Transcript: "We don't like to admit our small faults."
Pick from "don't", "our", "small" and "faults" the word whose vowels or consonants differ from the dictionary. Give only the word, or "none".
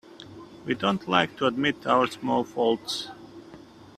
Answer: none